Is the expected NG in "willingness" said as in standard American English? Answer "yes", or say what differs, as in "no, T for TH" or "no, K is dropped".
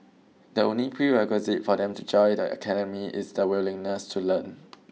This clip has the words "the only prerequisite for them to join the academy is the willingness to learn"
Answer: yes